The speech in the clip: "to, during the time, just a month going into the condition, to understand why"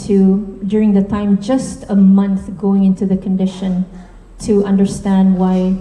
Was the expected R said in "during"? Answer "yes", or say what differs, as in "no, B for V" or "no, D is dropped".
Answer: yes